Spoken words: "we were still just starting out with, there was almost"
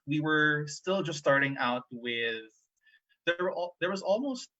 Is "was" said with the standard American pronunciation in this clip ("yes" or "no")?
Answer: yes